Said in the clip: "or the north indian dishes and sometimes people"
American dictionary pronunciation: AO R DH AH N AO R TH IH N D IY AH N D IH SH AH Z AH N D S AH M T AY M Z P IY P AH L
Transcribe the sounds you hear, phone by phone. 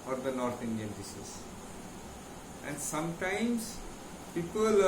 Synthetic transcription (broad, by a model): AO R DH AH N AO R T IH N D IY AH N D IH S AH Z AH N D S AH M T AY M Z P IY P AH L